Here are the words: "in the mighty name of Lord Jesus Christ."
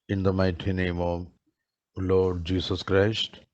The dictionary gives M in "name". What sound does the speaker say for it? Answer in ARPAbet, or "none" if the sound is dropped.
M